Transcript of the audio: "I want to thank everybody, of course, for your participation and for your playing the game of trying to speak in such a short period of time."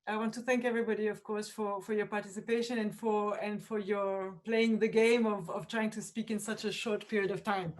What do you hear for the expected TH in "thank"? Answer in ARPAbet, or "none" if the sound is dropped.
TH